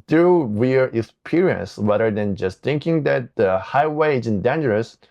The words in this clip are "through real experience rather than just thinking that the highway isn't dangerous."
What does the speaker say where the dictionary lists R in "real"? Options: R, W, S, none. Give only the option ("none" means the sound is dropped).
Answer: W